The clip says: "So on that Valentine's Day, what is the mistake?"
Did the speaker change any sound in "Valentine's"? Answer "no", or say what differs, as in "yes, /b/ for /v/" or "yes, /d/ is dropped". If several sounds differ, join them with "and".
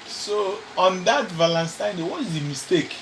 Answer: yes, /z/ is dropped